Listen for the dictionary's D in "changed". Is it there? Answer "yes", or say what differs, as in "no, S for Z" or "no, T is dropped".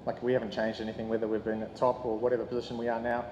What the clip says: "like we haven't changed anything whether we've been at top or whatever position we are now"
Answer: yes